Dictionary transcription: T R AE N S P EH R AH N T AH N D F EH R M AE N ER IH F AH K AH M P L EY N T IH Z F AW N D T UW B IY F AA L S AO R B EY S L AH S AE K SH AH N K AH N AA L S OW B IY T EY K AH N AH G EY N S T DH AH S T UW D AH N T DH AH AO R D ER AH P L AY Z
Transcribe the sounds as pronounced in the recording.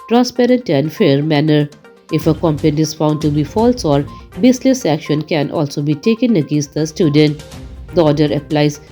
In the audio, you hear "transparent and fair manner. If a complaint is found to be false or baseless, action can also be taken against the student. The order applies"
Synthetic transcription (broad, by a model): T R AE N S P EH R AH N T AH N D F EH R M AE N ER IH F AH K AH M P EY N IH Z F AW N D T UW B IY F AA L S AO R B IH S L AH S AE K SH AH N K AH N AA L S OW B IY T EY K AH N AH G EY N S T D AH S T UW D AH N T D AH AO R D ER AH P L AY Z